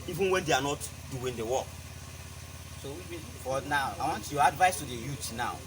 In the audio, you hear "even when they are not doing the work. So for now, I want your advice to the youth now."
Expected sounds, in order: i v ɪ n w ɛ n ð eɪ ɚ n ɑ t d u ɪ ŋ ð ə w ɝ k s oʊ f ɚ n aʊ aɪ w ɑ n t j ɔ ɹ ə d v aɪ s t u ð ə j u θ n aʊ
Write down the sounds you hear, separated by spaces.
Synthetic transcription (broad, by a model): i v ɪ n w ɛ n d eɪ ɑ n ɑ t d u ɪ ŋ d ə w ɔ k s oʊ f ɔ n aʊ aɪ w ɑ n t j ɔ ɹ ə d v aɪ s t u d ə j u t n aʊ